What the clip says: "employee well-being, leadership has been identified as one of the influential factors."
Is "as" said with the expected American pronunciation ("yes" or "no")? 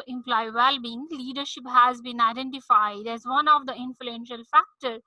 yes